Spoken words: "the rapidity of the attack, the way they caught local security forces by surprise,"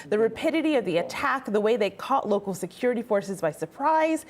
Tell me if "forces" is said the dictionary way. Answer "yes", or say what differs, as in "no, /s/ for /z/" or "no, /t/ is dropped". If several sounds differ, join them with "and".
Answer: yes